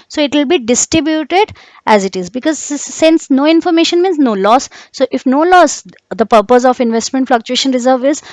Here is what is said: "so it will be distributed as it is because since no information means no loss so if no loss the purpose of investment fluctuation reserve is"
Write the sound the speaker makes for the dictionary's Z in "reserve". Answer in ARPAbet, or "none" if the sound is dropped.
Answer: Z